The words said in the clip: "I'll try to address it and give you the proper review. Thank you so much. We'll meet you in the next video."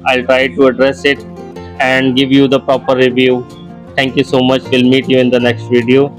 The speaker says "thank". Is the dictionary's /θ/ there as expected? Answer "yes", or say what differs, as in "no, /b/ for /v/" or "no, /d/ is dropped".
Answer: no, /t/ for /θ/